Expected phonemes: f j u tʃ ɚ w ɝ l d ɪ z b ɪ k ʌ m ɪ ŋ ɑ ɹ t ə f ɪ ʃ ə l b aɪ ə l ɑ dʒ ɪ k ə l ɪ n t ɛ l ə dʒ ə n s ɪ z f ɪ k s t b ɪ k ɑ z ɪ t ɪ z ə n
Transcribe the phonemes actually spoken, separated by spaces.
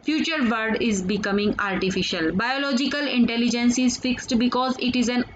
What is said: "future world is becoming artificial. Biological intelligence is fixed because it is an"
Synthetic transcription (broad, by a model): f j u tʃ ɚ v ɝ d ɪ z b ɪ k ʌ m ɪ ŋ ɑ ɹ t ə f ɪ ʃ ə l b aɪ ə l ɑ dʒ ɪ k ə l ɪ n t ɛ l ə dʒ ə n s ɪ z f ɪ k s t b ɪ k ɑ z ɪ t ɪ z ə n